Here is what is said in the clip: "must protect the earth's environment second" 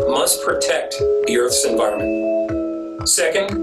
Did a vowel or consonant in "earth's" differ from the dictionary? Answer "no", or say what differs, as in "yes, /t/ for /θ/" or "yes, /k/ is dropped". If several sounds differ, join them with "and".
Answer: no